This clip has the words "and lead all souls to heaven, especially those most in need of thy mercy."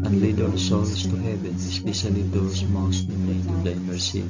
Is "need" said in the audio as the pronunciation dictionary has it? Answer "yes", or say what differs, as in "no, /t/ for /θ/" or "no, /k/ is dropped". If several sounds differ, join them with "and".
no, /l/ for /n/